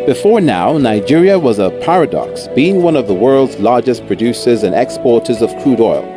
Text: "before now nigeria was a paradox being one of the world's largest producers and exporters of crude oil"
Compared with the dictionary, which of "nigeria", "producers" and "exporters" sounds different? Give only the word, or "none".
none